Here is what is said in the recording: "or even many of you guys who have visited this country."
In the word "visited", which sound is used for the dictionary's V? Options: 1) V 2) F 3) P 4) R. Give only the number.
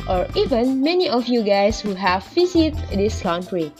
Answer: 2